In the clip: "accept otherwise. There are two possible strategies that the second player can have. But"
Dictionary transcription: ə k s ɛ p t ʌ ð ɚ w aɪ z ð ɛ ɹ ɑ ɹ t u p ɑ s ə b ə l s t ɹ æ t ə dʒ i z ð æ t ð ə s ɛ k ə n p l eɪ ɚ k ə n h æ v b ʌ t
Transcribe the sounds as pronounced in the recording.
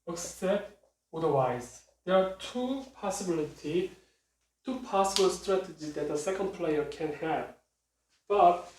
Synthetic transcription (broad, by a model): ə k s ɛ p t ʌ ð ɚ w aɪ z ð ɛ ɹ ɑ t t u p ɑ s ə b ə l s t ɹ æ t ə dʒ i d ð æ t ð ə s ɛ k ə n p l eɪ ɚ k ə n h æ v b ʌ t